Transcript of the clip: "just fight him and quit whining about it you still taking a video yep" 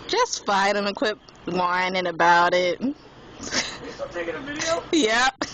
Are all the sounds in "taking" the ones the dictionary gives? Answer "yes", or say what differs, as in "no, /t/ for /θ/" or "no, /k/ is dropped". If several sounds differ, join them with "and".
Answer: no, /k/ is dropped